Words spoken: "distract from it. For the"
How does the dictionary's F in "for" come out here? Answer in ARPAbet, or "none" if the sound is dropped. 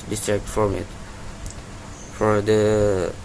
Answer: F